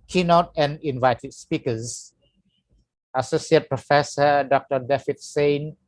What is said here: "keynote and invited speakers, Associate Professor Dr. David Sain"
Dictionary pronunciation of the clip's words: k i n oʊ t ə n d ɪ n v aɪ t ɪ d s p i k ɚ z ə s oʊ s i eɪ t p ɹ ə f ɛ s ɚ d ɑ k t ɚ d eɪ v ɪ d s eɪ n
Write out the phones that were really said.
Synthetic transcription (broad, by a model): k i n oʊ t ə n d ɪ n v aɪ t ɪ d s p i k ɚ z ə s oʊ s i eɪ t p ɹ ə f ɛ s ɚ d ɑ k t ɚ d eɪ f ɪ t s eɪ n